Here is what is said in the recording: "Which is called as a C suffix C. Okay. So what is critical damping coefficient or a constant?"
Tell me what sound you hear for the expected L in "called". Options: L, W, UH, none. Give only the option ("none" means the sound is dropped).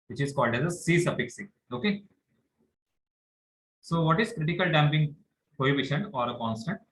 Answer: L